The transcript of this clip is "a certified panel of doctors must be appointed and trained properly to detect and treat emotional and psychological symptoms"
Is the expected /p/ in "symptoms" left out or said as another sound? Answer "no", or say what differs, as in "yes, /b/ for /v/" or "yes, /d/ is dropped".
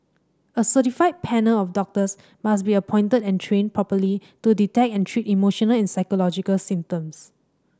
yes, /p/ is dropped